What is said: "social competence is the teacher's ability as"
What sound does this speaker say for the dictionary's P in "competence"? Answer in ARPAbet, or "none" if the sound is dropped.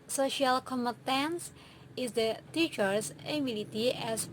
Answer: none